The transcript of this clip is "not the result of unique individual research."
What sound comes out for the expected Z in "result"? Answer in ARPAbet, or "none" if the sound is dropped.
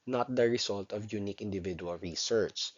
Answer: S